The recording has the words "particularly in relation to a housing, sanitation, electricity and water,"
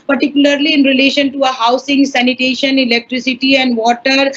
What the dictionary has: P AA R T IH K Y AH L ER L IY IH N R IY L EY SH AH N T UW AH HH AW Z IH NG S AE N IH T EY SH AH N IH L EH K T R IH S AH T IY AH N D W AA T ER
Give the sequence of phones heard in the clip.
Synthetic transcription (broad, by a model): P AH R T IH K Y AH L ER L IY IH N R IY L EY SH AH N T UW AH HH AW S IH NG S AE N IH T EY SH AH N IH L EH K T R IH S AH T IY AH N D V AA T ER